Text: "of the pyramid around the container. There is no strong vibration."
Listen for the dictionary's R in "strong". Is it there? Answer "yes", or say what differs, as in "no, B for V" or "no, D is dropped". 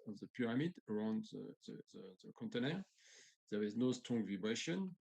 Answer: no, R is dropped